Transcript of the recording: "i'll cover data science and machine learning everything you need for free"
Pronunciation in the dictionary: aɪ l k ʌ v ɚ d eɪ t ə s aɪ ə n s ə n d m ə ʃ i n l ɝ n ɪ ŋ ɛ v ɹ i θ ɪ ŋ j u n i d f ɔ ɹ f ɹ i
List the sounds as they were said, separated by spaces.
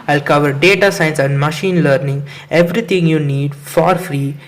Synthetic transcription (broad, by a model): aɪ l k ʌ v ɚ d eɪ t ə s aɪ n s ə n d m ə ʃ i n l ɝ n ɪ ŋ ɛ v ɹ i t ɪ ŋ j u n i d f ɔ ɹ f ɹ i